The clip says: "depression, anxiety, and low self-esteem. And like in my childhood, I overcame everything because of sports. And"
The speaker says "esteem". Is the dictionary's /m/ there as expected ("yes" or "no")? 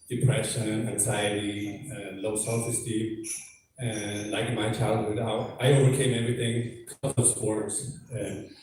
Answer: no